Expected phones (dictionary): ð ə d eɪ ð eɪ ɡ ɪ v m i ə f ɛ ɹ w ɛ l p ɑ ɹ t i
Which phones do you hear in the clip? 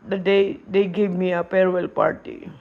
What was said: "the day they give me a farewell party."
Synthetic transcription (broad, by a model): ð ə d eɪ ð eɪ ɡ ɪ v m i ə p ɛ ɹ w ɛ l p ɑ ɹ t i